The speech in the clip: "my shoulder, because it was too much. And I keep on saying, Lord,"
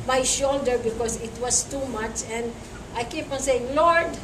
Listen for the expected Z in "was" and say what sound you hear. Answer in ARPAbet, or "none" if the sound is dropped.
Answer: S